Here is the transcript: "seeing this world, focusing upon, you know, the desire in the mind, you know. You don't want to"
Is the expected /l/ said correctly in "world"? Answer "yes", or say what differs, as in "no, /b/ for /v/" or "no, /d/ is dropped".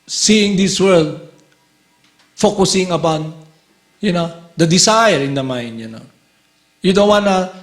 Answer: yes